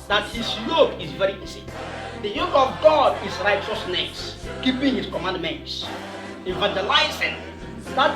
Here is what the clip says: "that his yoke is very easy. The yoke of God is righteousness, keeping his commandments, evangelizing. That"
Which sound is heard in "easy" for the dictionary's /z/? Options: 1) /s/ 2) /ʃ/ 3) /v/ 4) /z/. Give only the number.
1